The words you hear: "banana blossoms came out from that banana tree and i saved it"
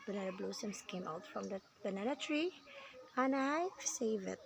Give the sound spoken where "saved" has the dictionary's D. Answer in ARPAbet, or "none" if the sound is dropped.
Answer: none